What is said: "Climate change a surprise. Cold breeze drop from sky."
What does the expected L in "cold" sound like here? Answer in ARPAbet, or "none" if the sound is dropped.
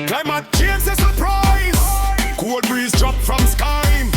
none